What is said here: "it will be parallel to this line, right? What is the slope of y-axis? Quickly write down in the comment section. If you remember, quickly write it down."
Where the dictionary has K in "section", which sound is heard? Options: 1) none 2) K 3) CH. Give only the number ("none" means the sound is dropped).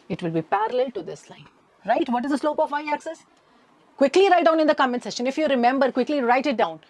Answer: 1